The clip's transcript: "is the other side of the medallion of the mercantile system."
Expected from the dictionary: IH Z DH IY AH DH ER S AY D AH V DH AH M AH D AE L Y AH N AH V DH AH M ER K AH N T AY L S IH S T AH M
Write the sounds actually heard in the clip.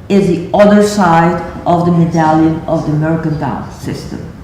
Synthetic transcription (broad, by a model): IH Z DH IY AH DH ER S AY D AH V DH AH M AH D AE L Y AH N AH V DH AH M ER K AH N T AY N S IH S T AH M